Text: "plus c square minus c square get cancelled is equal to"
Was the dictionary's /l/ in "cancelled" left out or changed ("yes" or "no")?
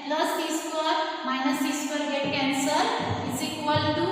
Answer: yes